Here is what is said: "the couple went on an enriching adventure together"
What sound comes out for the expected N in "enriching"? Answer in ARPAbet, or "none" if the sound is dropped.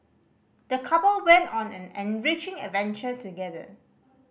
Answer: N